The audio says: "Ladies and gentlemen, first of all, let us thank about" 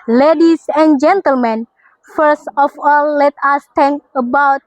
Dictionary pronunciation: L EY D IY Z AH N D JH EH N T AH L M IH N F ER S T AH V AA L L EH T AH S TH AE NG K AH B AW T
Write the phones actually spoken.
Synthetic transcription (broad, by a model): L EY D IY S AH N JH EH N T AH L M IH N F ER S T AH F AA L L EH T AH S T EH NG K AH B AW T